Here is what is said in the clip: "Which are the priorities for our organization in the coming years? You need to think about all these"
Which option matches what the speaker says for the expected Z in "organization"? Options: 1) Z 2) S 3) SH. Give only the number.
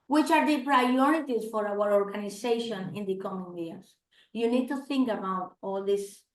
2